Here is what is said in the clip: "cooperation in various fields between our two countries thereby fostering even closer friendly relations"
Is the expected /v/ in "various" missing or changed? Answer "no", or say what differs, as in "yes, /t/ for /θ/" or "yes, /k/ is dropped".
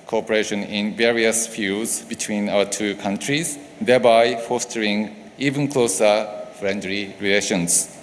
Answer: no